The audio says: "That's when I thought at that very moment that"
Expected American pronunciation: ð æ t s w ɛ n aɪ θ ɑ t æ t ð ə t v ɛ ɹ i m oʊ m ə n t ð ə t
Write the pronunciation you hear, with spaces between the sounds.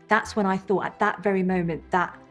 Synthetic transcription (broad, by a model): ð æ t s w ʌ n aɪ θ ɑ t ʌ t ð ə t v ɛ ɹ i m oʊ m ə n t ð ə t